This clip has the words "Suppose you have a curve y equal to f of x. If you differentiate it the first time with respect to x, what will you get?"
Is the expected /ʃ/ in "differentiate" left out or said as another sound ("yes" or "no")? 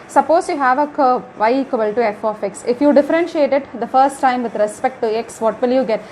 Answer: no